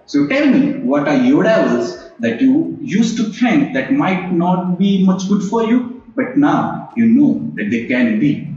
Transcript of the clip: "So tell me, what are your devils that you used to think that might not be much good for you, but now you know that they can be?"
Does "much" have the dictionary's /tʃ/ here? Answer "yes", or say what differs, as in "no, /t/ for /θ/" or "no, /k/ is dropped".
yes